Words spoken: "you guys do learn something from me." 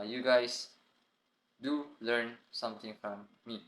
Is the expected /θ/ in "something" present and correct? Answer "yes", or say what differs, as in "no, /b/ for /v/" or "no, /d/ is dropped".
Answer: no, /t/ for /θ/